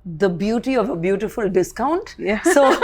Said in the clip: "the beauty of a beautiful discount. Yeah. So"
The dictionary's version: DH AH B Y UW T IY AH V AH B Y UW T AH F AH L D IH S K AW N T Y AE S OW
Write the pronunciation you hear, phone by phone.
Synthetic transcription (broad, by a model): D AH B Y UW T IY AH V AH B Y UW T AH F AH L D IH S K AW N T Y S OW